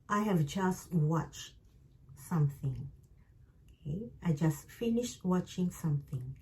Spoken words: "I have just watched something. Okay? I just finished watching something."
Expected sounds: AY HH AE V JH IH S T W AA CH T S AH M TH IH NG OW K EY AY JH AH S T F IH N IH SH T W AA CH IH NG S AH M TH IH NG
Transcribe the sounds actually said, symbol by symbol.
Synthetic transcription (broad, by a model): AY HH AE V JH IH S T W AA CH T S AH M TH IH NG OW K EY AY JH AH S T F IH N IH SH T W AA CH IH NG S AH M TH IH NG